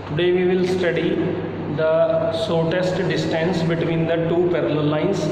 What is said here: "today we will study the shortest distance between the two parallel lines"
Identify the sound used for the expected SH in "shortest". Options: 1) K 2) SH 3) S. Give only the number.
3